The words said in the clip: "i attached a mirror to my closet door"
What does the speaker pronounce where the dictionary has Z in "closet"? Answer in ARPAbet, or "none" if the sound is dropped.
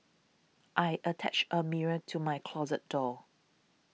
Z